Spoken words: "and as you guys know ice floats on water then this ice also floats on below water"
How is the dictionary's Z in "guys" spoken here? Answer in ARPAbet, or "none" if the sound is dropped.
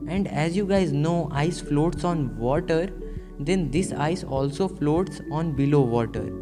Z